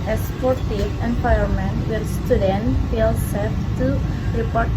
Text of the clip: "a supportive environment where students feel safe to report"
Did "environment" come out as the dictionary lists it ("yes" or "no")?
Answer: no